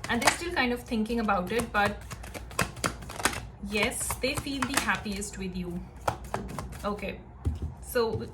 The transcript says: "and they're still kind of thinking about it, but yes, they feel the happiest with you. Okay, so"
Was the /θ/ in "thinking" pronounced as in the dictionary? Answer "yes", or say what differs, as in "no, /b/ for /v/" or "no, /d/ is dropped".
no, /t/ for /θ/